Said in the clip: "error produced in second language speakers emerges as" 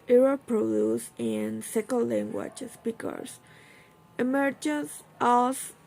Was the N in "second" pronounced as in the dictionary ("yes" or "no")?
no